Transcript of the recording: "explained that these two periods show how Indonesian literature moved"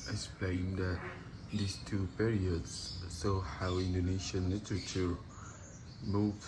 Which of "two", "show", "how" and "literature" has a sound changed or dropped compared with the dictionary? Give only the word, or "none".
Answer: show